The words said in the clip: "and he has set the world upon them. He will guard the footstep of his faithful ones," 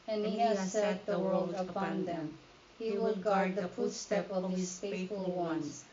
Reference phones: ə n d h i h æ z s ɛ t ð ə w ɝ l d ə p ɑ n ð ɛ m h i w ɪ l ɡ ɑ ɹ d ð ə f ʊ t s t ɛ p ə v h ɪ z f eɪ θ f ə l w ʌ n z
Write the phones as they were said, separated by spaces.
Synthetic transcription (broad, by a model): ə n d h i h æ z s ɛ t ð ə w ɝ l d ə p ɑ n ð ɛ m h i w ɪ l ɡ ɑ ɹ d ð ə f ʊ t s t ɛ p ə v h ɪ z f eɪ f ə l w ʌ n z